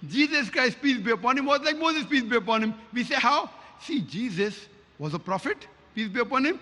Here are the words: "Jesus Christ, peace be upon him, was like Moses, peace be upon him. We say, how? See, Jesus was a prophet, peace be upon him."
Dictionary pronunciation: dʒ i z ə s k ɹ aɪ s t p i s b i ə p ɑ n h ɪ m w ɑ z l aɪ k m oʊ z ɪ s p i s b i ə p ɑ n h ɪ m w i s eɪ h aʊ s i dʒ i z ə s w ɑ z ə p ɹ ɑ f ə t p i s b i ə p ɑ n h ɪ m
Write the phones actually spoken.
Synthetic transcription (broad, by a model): dʒ i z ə s k ɹ aɪ s t p i s b i ə p ɑ n h ɪ m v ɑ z l aɪ k m oʊ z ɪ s p i s b i ə p ɑ n h ɪ m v i s eɪ h aʊ s i dʒ i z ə s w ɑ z ə p ɹ ɑ f ə t p i s b i ə p ɑ n h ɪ m